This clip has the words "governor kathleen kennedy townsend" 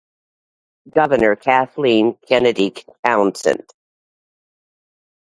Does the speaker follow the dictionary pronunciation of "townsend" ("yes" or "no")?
no